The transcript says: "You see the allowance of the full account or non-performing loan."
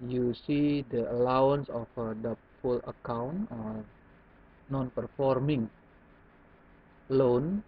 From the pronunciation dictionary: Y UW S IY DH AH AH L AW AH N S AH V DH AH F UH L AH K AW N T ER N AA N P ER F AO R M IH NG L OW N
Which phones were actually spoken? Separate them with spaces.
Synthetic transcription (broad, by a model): Y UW S IY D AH AH L AW AH N S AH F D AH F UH L AH K AW N T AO N AA N P ER F AO R M IH NG L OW N